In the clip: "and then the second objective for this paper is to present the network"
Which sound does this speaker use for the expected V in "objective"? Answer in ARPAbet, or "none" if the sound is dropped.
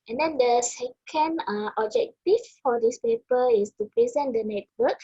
F